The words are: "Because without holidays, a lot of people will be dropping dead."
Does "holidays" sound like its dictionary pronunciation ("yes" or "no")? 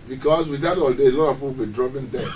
no